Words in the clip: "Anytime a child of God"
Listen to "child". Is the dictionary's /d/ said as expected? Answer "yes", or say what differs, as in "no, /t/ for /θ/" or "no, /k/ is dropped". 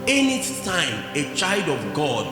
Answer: yes